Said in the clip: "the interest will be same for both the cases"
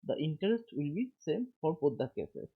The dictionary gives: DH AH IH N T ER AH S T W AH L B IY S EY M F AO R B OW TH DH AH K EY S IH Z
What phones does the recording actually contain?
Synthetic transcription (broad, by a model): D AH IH N T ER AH S T W AH L B IY S EY M F AO R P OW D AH K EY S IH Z